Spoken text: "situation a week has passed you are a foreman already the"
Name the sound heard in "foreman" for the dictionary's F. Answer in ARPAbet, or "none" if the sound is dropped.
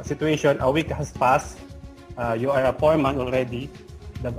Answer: P